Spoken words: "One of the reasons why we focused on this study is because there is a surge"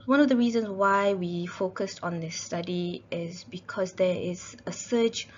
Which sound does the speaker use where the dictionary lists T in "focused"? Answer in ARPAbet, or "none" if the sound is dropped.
T